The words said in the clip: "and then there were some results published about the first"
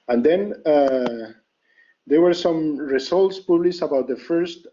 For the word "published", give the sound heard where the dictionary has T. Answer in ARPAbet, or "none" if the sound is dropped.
none